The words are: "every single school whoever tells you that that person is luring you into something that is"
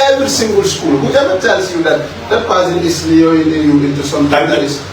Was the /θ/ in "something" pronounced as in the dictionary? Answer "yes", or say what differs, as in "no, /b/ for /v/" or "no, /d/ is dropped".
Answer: no, /t/ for /θ/